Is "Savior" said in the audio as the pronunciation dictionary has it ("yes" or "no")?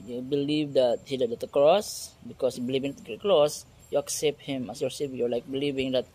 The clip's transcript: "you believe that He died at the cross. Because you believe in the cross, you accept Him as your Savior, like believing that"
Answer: no